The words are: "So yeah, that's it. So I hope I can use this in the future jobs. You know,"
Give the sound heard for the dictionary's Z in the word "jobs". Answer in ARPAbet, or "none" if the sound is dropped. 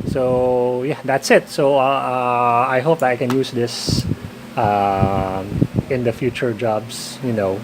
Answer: S